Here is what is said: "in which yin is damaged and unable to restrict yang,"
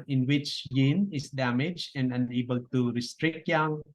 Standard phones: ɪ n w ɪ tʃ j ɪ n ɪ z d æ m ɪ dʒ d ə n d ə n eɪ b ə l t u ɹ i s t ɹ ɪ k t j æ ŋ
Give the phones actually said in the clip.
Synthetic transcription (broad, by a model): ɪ n w ɪ tʃ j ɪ n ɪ s d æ m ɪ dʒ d ə n d ə n eɪ b ə l t u ɹ i s t ɹ ɪ k t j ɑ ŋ